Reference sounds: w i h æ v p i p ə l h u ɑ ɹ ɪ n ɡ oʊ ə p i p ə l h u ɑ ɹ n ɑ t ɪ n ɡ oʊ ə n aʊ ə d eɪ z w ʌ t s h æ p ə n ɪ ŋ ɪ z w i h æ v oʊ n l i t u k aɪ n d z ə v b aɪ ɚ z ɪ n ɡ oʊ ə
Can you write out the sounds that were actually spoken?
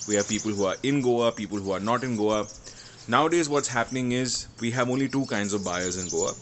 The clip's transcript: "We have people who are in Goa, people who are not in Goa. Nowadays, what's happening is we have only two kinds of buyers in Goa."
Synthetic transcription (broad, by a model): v i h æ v p i p ə l h u ɑ ɹ ɪ n ɡ oʊ ə p i p ə l h u ɑ ɹ n ɑ t ɪ n ɡ oʊ ə n aʊ ə d eɪ z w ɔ t s h æ p ə n ɪ ŋ ɪ z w i h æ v oʊ n l i t u k aɪ n d z ə v b aɪ ɚ z ɪ n ɡ oʊ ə